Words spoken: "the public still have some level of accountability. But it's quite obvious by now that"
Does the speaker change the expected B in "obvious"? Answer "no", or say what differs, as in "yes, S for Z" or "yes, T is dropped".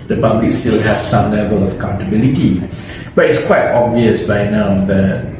no